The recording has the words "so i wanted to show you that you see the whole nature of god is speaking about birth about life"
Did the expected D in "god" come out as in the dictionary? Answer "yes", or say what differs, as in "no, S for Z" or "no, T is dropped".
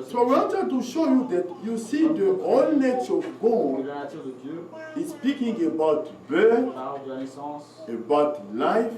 no, D is dropped